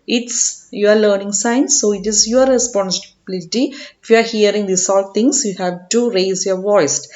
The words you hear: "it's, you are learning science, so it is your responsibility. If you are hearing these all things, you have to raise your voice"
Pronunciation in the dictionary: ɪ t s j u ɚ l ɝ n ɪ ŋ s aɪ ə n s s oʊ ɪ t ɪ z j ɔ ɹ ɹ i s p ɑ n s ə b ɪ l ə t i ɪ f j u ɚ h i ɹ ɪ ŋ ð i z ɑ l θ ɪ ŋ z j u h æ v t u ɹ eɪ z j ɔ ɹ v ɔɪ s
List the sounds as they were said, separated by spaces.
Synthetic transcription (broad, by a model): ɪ t s j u ɚ l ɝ n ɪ ŋ s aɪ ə n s s oʊ ɪ t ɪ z j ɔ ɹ ɹ i s p ɑ n s ə b ɪ l ə t i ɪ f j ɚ h i ɹ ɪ ŋ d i s ɑ l t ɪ ŋ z j u h æ v t u ɹ eɪ z j ɔ ɹ v ɔɪ s